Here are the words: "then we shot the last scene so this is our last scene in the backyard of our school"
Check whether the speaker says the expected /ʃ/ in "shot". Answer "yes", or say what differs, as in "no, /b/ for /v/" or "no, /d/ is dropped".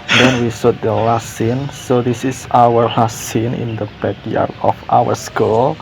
no, /s/ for /ʃ/